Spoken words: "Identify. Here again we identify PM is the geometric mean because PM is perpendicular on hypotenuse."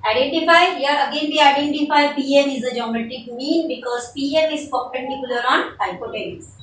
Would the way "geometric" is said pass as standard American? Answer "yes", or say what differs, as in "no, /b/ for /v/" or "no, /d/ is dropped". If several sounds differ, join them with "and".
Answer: no, /ɹ/ is dropped